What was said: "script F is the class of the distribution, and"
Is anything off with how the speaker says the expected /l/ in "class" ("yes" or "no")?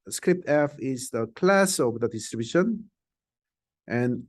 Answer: no